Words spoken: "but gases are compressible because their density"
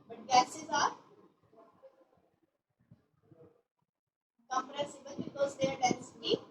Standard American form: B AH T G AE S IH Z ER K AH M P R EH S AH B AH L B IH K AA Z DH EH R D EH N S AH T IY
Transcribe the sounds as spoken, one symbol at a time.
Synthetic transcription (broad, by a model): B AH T G AE S IH Z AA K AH M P R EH S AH B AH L B IH K AA Z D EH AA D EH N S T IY